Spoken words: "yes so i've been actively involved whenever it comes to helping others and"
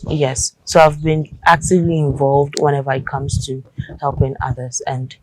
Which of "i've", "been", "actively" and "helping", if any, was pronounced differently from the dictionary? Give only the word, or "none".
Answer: none